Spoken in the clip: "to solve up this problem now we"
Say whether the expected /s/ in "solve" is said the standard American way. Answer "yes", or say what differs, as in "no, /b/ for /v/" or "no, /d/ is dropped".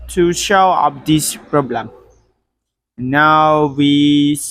no, /ʃ/ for /s/